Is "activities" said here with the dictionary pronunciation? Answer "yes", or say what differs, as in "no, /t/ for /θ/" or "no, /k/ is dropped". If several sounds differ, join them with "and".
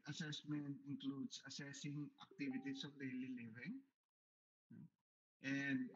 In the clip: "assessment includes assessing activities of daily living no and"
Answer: no, /s/ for /z/